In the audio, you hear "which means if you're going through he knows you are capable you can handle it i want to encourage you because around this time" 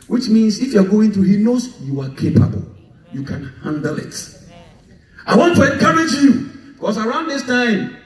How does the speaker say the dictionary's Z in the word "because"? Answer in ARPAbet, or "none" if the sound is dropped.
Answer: S